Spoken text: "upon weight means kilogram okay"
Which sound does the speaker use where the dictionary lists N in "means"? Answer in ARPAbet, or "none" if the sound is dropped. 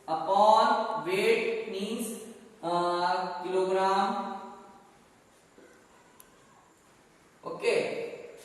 none